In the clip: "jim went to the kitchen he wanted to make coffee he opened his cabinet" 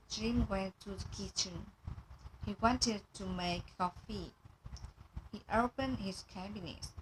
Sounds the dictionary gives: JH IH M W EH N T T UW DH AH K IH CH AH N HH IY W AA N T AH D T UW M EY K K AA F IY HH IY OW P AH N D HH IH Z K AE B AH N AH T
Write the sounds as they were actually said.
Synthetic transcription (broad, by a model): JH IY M W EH N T T UW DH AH K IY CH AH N HH IY W AA N T AH D T UW M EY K K AA F IY HH IY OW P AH N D HH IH S K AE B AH N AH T